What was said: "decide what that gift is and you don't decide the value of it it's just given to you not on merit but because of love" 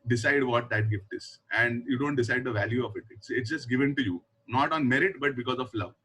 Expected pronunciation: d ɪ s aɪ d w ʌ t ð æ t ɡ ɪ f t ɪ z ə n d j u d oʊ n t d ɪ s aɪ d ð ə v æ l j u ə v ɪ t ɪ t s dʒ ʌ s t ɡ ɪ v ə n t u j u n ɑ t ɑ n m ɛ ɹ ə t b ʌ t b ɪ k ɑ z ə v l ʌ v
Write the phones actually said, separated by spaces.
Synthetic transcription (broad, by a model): d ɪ s aɪ d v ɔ t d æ t ɡ ɪ f t ɪ z ə n d j u d oʊ n t d ɪ s aɪ d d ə v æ l j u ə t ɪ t ɪ t s dʒ ʌ s t ɡ ɪ v ə n t u j u n ɑ t ɑ n m ɛ ɹ ə t b ʌ t b ɪ k ɑ z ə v l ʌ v